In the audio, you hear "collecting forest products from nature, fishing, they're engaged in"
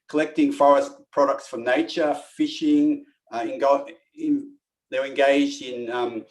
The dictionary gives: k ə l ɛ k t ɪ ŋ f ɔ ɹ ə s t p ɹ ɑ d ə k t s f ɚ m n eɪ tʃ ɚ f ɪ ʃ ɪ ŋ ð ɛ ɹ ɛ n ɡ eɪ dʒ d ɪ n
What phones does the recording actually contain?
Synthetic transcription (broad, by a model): k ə l ɛ k t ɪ ŋ f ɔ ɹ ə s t p ɹ ɑ d ə k t s f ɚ n eɪ tʃ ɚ f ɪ ʃ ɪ ŋ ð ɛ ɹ ɛ n ɡ eɪ dʒ d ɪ n